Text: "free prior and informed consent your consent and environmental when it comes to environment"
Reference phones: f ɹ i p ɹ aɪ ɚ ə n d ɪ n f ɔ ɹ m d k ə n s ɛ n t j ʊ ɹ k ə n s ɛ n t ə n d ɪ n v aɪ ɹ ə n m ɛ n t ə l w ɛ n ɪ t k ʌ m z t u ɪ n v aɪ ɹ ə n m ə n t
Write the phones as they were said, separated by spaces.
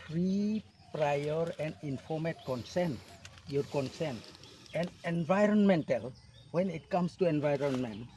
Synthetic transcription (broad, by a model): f ɹ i p ɹ aɪ ɚ ə n d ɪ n f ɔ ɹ m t k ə n s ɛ n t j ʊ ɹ k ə n s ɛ n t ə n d ɪ n v aɪ ɹ ə n m ɛ n t ə l w ɛ n ɪ t k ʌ m s t u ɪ n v aɪ ɹ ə n m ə n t